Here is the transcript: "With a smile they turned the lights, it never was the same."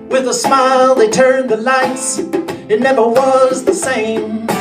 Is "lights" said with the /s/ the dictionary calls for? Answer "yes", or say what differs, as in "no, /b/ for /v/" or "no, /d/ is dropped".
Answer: yes